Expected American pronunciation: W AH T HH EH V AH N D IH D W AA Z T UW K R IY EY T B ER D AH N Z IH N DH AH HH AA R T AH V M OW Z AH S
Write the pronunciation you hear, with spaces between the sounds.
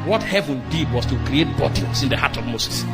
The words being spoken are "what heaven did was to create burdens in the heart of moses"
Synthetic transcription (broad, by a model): W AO T HH EH V AH N D IH D W AA S T UW K R IY EY T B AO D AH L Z IH N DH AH HH AA T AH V M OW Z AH S